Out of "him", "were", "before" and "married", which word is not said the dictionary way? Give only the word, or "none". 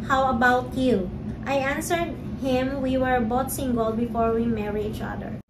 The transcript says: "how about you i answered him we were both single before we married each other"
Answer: married